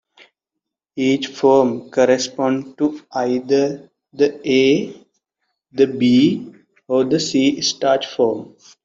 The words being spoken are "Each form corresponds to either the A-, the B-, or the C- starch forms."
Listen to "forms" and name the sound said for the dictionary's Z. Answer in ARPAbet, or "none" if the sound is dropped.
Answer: none